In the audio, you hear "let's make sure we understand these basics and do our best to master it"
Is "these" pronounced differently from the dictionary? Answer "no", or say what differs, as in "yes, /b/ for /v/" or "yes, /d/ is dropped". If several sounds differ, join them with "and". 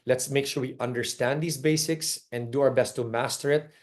yes, /s/ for /z/